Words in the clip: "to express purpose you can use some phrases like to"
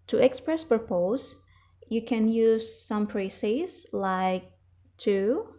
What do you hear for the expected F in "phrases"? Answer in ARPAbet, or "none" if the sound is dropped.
P